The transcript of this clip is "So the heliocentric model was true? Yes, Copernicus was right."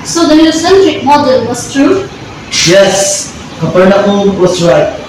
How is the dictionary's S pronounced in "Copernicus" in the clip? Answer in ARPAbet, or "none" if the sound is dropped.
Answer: none